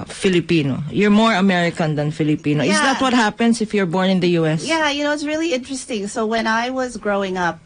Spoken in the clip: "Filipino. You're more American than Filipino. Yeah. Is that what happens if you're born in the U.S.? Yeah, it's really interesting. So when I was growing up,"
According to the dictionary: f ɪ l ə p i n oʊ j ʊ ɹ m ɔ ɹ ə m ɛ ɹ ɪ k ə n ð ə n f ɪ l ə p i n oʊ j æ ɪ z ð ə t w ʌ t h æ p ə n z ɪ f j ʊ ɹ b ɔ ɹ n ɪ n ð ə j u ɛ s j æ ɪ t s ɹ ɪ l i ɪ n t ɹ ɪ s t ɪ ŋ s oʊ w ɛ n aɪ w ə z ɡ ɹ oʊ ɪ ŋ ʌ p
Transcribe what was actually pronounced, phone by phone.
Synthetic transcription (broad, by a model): f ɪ l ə p i n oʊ j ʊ ɹ m ɔ ɹ ə m ɛ ɹ ɪ k ə n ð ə n f ɪ l ə p i n oʊ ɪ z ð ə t w ʌ t h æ p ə n s ɪ f j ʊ ɹ b ɔ ɹ n ɪ n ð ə j u ɛ s j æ ɪ t s ɹ ɪ l i ɪ n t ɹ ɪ s t ɪ ŋ s oʊ w ɛ n aɪ w ə z ɡ ɹ oʊ ɪ ŋ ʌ p